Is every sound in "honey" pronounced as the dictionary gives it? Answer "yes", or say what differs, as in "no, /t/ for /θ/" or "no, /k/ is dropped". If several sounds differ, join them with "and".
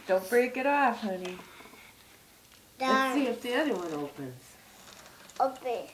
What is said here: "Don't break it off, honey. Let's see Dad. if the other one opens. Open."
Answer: yes